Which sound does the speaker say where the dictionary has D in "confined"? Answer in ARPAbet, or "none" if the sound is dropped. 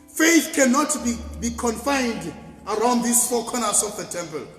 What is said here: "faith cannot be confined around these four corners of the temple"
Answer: D